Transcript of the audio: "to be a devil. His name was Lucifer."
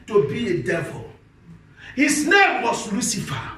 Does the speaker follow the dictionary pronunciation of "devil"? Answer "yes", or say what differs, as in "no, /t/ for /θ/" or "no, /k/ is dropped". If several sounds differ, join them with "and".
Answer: yes